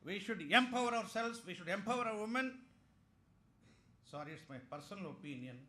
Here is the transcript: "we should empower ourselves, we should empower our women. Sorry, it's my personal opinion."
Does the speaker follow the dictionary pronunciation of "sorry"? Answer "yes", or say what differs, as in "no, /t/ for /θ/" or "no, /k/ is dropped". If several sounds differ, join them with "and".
yes